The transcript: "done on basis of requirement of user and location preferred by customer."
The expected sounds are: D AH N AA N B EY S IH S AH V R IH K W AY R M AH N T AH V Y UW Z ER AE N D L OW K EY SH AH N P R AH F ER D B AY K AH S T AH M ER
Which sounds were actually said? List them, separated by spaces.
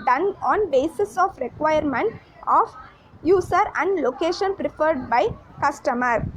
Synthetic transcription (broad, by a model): D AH N AA N B EY S IH S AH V R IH K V AY R M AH N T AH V Y UW S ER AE N D L OW K EY SH AH N P R AH F ER D B AY K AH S T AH M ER